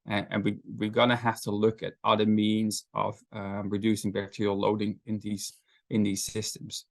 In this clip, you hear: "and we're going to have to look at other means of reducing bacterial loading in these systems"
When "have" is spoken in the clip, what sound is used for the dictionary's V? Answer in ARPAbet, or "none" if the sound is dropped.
F